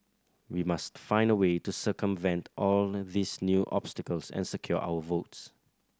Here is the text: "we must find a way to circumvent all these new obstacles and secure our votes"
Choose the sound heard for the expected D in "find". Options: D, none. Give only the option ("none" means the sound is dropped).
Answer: D